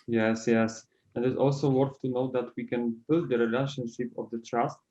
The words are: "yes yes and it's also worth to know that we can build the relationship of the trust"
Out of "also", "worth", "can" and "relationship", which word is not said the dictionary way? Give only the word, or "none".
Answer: worth